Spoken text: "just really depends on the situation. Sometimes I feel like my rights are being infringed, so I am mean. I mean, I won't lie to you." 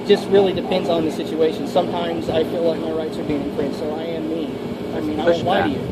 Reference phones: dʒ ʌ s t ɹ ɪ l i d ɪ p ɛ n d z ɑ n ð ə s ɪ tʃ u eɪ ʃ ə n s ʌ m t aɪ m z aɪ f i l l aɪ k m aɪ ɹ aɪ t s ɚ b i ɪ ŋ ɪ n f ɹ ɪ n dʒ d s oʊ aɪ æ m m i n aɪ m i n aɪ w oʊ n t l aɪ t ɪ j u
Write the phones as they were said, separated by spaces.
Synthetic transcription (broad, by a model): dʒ ʌ s t ɹ ɪ l i d ɪ p ɛ n d z n ð ə s ɪ tʃ u eɪ ʃ ə n s ʌ m t aɪ m z aɪ f i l l aɪ k m aɪ ɹ aɪ t ɚ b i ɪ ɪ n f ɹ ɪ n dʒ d s oʊ aɪ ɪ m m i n aɪ m i n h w aɪ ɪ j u